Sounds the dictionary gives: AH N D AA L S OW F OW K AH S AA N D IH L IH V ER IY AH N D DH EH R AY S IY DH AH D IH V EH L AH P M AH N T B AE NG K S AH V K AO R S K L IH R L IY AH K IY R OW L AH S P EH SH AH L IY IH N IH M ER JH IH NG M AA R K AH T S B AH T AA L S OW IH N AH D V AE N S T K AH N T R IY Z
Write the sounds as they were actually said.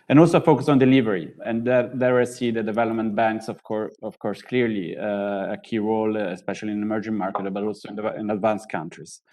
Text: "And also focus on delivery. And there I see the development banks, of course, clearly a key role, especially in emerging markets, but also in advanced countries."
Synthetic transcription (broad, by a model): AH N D AA L S OW F OW K AH S AA N D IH L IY V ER IY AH N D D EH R AY S IY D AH D IH V EH L AH P M AH N T B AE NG K S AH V K AO R S K L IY R L IY AH K IY R OW L AH S P EH SH AH L IY IH N IH M ER JH IH NG M AA R K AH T B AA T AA L S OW IH N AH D V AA N S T K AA N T R IY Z